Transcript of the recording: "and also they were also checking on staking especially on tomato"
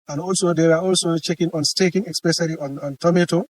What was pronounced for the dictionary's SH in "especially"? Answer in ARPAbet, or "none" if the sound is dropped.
S